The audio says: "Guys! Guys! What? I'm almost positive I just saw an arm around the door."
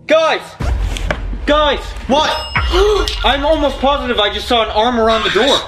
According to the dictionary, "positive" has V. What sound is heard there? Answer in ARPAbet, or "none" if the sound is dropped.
V